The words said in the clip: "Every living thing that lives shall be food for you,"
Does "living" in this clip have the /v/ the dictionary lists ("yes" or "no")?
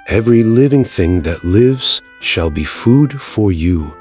yes